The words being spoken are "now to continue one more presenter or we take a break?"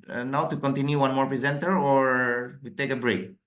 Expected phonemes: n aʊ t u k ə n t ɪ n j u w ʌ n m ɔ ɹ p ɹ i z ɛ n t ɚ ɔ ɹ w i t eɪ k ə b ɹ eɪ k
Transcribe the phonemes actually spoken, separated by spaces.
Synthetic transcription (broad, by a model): n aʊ t u k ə n t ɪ n j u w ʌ n m ɔ ɹ p ɹ i z ɛ n t ɚ ɔ ɹ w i t eɪ k ə b ɹ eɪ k